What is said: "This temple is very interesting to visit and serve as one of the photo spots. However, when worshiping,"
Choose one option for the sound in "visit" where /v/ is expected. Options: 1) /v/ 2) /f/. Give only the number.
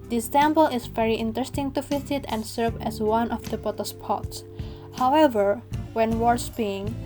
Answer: 2